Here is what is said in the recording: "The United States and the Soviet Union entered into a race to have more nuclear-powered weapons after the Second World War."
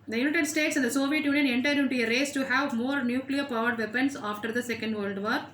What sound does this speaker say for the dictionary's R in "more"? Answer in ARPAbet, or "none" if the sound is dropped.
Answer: R